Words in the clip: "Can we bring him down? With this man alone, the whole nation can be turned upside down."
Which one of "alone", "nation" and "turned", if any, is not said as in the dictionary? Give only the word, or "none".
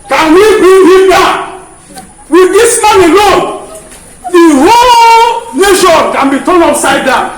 turned